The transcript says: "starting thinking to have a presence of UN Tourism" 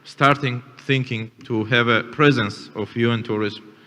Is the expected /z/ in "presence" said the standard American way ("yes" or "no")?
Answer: yes